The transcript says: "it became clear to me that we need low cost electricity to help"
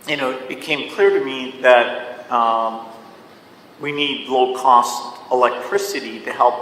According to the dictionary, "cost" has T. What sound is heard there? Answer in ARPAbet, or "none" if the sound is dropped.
T